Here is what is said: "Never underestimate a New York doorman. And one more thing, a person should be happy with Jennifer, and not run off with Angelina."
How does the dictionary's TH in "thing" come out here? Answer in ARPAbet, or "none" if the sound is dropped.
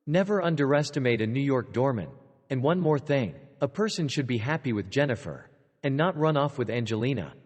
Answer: TH